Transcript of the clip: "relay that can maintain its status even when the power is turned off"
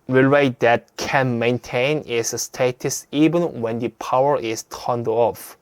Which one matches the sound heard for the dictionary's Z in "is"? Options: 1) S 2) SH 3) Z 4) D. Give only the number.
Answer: 1